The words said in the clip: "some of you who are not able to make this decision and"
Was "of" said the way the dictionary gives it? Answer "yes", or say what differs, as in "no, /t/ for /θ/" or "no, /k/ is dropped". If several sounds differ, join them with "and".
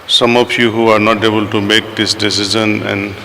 no, /p/ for /v/